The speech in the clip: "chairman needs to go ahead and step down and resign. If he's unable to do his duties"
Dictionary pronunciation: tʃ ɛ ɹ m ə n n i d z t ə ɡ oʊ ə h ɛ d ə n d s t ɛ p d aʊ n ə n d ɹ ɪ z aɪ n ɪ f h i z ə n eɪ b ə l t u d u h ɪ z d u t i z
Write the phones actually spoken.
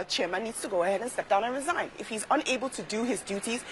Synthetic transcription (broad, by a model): tʃ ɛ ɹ m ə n n i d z t ə ɡ oʊ ə h ɛ d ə n s t ɛ p d aʊ n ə n ɹ ɪ z aɪ n ɪ f h i z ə n eɪ b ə l t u d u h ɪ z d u t i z